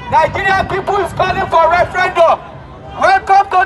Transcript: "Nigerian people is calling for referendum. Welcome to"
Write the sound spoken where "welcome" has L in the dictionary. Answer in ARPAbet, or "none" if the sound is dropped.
none